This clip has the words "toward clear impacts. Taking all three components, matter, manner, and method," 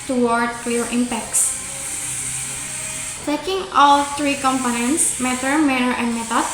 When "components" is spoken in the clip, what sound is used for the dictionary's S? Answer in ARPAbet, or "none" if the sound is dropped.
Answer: S